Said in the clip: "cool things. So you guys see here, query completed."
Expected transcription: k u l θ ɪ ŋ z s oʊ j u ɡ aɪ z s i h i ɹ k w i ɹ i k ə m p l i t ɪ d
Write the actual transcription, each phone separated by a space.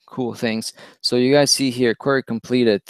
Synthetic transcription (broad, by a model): k u l θ ɪ ŋ z s oʊ j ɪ ɡ aɪ z s i h i ɹ k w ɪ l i k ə m p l i t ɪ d